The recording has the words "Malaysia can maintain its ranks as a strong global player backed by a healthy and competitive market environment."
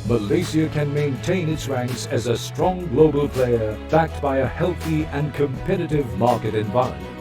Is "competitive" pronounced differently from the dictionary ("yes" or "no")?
no